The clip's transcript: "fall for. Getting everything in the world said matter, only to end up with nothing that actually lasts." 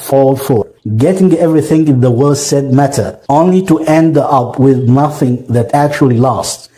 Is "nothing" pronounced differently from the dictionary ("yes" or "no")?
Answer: no